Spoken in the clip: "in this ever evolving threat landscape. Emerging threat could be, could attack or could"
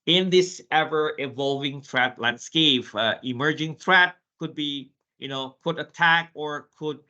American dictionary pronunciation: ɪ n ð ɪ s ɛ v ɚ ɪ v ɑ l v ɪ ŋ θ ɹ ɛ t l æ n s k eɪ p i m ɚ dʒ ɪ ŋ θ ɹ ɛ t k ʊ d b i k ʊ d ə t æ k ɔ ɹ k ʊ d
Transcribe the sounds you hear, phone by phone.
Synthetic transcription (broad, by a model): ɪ n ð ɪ s ɛ v ɚ ɪ v ɑ l v ɪ ŋ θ ɹ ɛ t l æ n s k eɪ p i m ɚ dʒ ɪ ŋ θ ɹ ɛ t k ʊ d b i k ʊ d ə t æ k ɔ ɹ k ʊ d